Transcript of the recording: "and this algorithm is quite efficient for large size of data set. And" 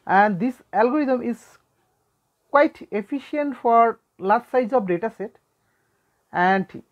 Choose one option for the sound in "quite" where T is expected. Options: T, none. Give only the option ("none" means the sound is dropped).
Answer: T